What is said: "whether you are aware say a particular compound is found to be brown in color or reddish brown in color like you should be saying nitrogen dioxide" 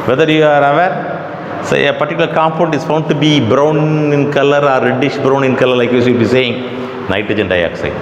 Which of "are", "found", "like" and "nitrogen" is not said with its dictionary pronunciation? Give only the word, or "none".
nitrogen